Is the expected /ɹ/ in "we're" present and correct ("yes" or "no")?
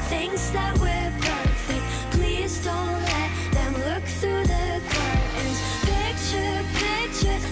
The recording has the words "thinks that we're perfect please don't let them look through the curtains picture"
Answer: yes